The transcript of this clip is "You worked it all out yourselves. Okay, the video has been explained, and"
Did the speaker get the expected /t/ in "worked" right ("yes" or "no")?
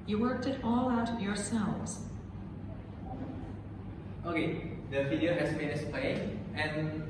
yes